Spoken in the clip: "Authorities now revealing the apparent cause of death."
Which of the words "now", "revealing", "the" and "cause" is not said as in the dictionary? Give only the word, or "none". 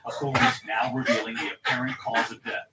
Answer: none